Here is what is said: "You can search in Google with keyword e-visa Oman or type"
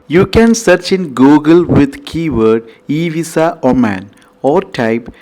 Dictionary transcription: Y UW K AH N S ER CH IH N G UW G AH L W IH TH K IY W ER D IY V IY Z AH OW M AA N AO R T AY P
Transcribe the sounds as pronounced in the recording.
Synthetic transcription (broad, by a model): Y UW K AH N S ER CH IH N G UW G AH L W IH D K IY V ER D IY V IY S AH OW M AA N AO R T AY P